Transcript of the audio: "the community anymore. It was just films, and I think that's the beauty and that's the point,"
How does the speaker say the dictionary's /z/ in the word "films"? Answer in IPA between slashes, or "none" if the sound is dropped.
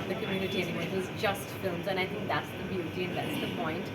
/z/